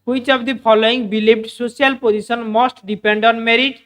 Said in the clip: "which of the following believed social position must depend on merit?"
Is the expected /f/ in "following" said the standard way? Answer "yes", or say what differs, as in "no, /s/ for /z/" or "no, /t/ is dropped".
no, /p/ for /f/